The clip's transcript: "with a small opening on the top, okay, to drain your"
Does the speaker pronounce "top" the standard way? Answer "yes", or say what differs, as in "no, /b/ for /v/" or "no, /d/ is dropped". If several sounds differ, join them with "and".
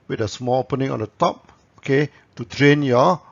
yes